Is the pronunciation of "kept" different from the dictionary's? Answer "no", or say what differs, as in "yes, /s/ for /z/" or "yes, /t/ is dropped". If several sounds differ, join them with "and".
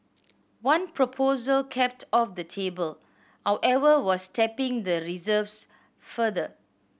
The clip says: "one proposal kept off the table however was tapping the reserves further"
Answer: no